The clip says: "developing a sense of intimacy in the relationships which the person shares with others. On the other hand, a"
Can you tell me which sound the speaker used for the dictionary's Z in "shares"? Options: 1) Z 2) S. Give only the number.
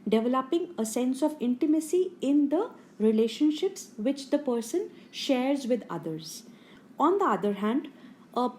1